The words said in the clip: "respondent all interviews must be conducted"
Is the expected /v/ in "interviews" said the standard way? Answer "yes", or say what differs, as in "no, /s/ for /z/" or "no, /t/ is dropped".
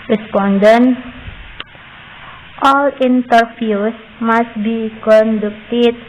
no, /f/ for /v/